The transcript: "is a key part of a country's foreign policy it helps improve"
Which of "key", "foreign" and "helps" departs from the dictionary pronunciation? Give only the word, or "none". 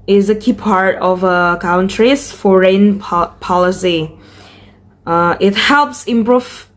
none